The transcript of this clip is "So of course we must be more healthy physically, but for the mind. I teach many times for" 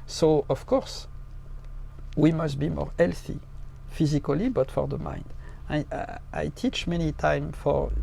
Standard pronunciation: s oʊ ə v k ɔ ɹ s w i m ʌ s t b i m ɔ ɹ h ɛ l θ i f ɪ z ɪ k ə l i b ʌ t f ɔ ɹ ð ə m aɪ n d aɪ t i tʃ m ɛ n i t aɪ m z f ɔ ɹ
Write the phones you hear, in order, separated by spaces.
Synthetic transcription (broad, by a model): s oʊ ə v k ɔ ɹ s w i m ʌ s t b i m ɔ ɹ ɛ l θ i f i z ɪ k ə l i b ʌ t f ɔ ɹ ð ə m aɪ n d aɪ t i tʃ m ɛ n i t aɪ m f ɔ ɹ